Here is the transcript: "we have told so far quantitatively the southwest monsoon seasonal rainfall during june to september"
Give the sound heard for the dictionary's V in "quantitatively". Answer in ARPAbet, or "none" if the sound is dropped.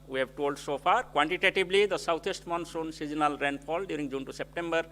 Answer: B